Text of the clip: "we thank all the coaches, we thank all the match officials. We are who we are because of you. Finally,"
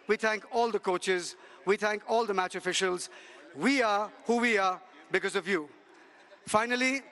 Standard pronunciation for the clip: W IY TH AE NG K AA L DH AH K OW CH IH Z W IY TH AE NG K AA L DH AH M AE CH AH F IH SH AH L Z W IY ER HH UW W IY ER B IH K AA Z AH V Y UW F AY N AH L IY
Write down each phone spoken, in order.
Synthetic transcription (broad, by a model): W IY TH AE NG K AA L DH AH K OW CH IH Z W IY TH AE NG K AA L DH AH M AE CH AH F IH SH AH L Z W IY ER HH UW W IY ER B IH K AA Z AH V Y UW F AY N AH L IY